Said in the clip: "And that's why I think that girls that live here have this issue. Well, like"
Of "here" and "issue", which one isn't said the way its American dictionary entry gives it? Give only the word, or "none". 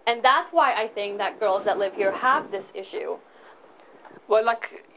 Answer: none